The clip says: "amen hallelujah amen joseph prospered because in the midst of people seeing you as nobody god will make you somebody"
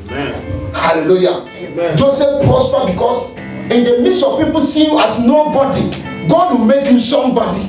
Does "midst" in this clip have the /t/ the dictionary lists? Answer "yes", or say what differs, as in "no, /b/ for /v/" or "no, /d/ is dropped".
no, /t/ is dropped